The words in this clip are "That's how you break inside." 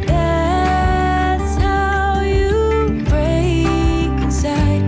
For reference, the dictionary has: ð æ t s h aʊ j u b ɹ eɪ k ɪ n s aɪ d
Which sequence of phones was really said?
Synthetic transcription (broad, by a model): ð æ t s h aʊ j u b ɹ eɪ ɪ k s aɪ